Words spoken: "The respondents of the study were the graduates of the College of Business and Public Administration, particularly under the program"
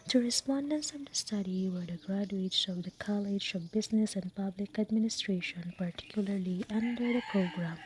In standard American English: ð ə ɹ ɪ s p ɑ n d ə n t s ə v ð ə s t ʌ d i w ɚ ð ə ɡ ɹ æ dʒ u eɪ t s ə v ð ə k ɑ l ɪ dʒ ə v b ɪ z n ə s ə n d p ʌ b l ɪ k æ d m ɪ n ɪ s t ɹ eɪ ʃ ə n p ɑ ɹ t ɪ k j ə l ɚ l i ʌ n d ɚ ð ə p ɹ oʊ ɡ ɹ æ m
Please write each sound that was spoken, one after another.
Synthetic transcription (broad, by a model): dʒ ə ɹ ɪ s p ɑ n d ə n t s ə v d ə s t ʌ d i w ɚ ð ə ɡ ɹ æ dʒ u eɪ t s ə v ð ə k ɑ l ɪ dʒ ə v b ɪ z n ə s ə n d p ʌ b l ɪ k æ d m ɪ n ɪ s t ɹ eɪ ʃ ə n p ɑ ɹ t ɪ k j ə l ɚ l i ʌ n d ɚ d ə p ɹ oʊ ɡ ɹ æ m